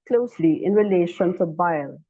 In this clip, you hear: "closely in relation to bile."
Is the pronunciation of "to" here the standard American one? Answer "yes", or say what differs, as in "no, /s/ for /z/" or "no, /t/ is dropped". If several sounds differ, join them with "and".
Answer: no, /s/ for /t/